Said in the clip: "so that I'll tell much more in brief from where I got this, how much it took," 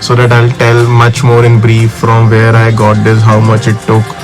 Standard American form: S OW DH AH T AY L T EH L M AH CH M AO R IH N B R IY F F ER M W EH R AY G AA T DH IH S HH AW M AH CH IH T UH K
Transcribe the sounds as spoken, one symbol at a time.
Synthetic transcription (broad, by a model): S OW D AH T AY L T EH L M AH CH M AO R IH N B R IY F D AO M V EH R AY G AA T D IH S HH AW M AH CH IH T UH K